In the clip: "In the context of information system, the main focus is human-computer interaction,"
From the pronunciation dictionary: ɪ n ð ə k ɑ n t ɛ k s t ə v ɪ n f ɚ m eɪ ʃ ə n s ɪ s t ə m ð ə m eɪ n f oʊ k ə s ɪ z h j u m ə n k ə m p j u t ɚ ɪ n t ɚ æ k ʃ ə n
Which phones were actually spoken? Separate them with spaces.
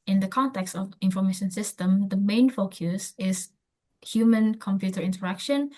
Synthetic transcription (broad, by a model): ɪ n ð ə k ɑ n t ɛ k s t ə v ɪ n f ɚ m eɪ ʃ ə n s ɪ s t ə m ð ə m eɪ n f oʊ k ə s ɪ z h j u m ə n k ə m p j u t ɚ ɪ n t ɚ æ k ʃ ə n